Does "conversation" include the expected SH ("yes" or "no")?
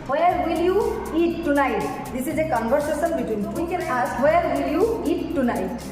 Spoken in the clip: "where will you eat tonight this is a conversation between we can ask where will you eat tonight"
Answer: no